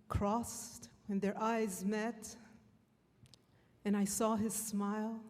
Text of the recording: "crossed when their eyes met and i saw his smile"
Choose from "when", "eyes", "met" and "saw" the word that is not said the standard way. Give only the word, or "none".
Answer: none